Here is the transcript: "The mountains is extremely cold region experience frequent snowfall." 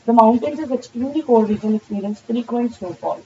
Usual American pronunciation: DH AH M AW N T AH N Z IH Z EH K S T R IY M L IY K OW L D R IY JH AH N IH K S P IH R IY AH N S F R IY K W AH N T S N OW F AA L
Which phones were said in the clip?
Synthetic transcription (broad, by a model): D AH M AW N T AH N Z IH Z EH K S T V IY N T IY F OW D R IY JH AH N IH K S P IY R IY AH N S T R IY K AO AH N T S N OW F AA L